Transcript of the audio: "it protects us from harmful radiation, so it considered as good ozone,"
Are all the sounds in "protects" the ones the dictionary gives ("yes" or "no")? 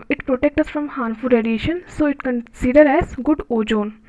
no